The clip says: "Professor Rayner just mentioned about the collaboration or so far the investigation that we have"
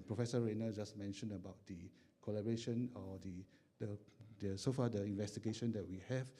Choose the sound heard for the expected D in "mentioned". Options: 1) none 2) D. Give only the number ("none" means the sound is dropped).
1